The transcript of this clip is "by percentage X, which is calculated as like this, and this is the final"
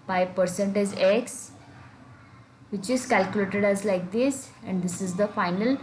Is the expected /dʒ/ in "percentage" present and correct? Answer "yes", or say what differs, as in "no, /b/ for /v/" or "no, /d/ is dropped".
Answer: no, /z/ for /dʒ/